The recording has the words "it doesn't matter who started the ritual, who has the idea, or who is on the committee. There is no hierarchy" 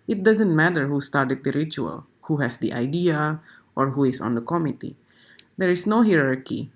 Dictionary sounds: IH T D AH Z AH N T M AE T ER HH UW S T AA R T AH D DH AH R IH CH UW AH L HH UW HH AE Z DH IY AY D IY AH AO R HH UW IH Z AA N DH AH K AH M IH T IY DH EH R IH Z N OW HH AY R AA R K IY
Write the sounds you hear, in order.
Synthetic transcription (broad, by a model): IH T D AH Z AH N T M AE T ER HH UW S T AA R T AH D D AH R IH CH UW AH L HH UW HH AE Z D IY AY D IY AH AO R HH UW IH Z AA N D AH K AH M IH T IY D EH R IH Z N OW HH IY R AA R K IY